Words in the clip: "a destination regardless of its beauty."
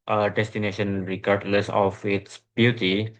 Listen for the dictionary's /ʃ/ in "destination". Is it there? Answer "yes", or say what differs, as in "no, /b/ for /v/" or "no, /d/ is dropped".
yes